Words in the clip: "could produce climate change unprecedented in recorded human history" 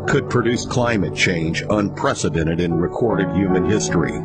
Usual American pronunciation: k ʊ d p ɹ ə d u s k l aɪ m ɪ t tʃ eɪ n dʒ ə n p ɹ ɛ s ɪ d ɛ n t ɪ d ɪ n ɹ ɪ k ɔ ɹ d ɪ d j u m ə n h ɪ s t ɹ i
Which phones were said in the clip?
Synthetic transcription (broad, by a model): k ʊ d p ɹ ə d u s k l aɪ m ɪ t tʃ eɪ n dʒ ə n p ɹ ɛ s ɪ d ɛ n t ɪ d ɪ n ɹ ɪ k ɔ ɹ d ɪ d j u m ə n h ɪ s t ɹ i